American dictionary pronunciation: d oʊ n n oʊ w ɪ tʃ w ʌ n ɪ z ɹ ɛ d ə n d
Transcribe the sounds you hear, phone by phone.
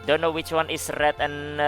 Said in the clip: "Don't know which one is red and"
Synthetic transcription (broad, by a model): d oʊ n n oʊ w ɪ tʃ w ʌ n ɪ s ɹ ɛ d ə n